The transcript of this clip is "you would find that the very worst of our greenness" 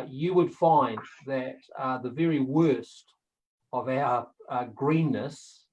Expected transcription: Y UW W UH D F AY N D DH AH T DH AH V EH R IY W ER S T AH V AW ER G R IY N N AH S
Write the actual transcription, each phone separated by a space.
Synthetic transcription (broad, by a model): Y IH W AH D F AY N DH AH T DH AH V EH R IY W ER S T AH V AW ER G R IY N N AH S